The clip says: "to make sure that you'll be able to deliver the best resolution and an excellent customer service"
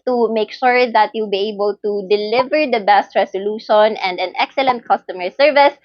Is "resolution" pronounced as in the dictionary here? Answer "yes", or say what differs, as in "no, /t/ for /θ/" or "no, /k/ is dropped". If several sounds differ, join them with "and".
no, /s/ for /z/